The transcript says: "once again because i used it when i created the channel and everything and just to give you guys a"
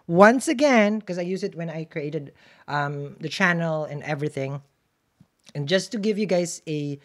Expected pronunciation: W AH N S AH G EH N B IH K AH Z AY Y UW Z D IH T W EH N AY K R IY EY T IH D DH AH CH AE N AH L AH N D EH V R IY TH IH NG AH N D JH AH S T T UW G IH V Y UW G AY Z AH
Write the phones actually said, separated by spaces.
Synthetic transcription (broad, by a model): W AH N S AH G EH N K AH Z AY Y UW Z IH T W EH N AY K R IY EY T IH D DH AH CH AE N AH L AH N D EH V R IY TH IH NG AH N JH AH S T T UW G IH V Y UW G AY Z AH